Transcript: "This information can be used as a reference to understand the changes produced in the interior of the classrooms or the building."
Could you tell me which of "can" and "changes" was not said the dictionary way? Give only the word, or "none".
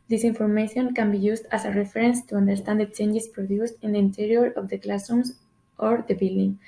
changes